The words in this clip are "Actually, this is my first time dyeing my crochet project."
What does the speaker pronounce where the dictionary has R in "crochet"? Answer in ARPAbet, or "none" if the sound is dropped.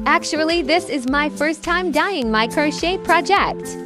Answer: R